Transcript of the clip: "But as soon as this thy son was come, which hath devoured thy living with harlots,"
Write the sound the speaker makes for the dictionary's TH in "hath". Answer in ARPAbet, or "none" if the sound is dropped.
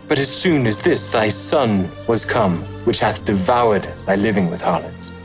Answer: TH